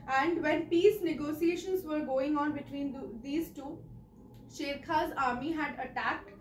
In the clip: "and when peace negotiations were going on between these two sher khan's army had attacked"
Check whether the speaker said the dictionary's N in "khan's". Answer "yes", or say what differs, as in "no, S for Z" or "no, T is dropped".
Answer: no, N is dropped